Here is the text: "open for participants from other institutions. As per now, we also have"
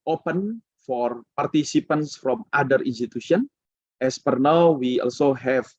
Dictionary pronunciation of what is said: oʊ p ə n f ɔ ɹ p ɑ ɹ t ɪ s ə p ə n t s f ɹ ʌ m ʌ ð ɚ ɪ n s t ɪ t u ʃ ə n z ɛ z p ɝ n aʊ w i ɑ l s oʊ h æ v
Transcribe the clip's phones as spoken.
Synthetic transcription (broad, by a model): oʊ p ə n f ɔ ɹ p ɑ ɹ t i s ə p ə n s f ɹ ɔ m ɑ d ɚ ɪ n s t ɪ t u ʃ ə n ɛ s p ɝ n aʊ w i ɑ l s oʊ h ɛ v